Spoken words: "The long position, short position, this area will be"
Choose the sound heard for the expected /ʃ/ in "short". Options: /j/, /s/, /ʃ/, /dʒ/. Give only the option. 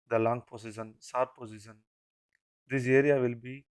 /s/